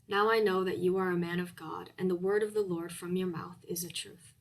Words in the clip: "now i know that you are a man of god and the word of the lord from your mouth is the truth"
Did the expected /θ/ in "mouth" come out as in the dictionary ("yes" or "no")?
yes